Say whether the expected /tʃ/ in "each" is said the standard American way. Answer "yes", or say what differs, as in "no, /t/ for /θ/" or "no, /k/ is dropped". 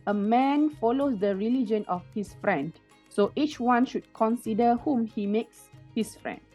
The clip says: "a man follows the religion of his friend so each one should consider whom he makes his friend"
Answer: yes